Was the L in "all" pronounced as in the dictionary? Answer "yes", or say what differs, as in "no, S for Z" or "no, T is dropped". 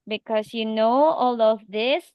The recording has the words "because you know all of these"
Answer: yes